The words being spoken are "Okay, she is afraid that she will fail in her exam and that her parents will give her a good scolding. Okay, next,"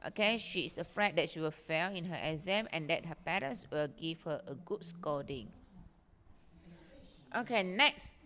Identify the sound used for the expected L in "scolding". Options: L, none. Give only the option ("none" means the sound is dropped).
none